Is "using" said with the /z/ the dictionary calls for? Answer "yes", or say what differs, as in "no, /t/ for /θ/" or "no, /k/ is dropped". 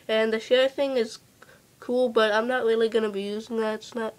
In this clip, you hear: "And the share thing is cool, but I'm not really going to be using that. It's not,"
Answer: yes